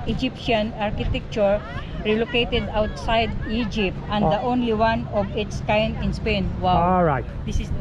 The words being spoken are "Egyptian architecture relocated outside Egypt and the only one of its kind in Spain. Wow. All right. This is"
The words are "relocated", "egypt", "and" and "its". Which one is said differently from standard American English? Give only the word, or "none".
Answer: none